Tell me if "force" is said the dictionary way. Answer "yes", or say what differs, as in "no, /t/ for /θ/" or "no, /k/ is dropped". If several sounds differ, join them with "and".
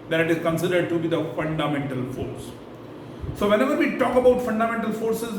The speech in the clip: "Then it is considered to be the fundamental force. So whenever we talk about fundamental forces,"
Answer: yes